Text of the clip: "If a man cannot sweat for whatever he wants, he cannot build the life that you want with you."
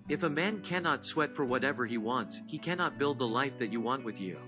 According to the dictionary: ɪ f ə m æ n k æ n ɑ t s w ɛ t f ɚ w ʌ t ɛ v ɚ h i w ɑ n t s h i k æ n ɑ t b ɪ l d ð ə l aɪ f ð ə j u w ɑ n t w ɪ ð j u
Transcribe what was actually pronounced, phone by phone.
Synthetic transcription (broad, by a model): ɪ f ə m æ n k æ n ɑ t s w ɛ t f ɚ w ʌ t ɛ v ɚ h i w ɑ n t s h i k æ n ɑ t b ɪ l d ð ə l aɪ f ð ə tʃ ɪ w ɑ n t w ɪ ð j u